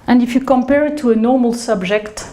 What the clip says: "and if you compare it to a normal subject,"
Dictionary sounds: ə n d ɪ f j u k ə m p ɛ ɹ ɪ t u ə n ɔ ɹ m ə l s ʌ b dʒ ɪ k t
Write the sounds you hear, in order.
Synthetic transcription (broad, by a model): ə n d ɪ f j u k ə m p ɛ ɹ t u ə n ɔ ɹ m ə l s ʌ b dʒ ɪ k t